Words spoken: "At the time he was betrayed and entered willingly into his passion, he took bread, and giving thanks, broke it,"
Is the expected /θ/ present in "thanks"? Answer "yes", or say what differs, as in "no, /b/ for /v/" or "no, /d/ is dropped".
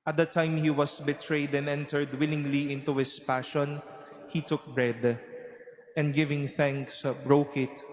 yes